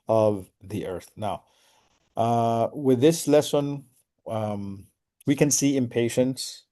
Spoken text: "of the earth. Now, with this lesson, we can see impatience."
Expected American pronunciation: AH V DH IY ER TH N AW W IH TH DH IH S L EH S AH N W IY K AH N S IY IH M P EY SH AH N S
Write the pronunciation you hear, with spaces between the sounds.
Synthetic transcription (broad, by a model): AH V DH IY ER TH N AW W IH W DH IH S L EH S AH N W IY K AH N S IY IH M P EY SH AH N S